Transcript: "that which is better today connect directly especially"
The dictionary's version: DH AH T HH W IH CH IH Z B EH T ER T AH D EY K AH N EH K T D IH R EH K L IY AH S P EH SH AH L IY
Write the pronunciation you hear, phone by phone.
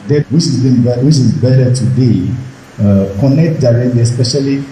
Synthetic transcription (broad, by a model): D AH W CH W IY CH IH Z B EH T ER T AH D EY K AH N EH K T D IH R EH K L IY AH S P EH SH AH L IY